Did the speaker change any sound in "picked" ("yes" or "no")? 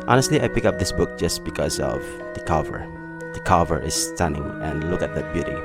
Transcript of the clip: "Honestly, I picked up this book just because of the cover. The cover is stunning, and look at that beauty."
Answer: yes